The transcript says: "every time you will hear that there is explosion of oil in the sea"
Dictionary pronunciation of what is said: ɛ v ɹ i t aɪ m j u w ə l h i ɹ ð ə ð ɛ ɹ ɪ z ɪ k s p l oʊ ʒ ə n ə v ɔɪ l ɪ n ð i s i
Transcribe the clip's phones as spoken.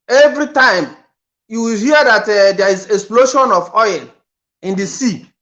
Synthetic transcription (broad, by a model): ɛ v ɹ i t aɪ m j u w ə l h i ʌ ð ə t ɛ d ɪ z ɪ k s p l oʊ ʃ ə n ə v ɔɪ n ɪ n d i s i